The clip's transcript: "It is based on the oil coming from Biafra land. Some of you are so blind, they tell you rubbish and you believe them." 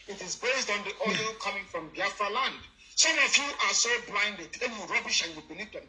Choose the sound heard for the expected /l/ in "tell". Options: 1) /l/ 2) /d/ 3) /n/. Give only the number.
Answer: 3